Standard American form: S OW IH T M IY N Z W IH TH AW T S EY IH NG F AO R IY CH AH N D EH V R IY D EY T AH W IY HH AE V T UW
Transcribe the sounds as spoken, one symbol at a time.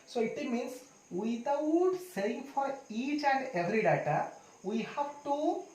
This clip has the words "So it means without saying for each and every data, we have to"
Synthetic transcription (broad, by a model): S OW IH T M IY N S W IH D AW T S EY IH NG F AO R IY CH AH N D EH V R IY D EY T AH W IY HH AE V T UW